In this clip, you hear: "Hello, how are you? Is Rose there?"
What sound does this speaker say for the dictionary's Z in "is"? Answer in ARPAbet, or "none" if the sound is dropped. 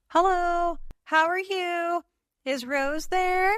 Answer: Z